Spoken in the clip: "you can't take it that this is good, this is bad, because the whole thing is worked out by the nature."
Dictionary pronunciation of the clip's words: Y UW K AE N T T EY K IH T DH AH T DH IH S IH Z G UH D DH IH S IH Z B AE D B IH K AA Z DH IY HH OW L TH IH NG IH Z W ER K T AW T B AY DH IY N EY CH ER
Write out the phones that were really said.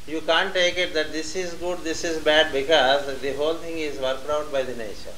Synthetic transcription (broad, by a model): Y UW K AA N T T EY K IH T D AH T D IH S IH Z G UH D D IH S IH Z B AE D B IH K AA Z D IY HH OW L T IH NG IH Z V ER K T AW T B AY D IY N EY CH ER